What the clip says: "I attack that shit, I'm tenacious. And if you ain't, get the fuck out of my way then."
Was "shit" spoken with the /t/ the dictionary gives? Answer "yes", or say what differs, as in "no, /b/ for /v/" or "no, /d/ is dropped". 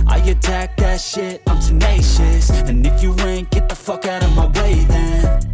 yes